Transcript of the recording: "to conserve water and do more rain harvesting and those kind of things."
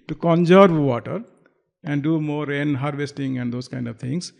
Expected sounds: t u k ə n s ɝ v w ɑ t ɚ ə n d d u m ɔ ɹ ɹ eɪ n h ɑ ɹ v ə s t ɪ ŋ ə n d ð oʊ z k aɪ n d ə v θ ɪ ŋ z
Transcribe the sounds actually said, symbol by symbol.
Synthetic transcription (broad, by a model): t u k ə n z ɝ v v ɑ t ɚ ə n d d u m ɔ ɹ ɹ eɪ n h ɑ ɹ v ə s t ɪ ŋ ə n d oʊ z k aɪ n d ə v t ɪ ŋ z